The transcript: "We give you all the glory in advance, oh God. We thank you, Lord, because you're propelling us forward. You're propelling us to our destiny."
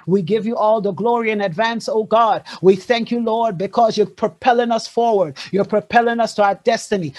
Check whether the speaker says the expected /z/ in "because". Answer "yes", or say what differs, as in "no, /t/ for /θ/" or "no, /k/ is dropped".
yes